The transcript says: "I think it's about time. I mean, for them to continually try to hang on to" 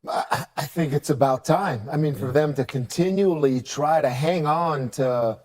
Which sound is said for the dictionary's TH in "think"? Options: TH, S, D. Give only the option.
TH